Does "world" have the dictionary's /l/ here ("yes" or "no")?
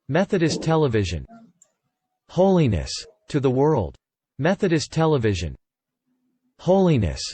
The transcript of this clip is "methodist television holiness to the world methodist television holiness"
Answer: yes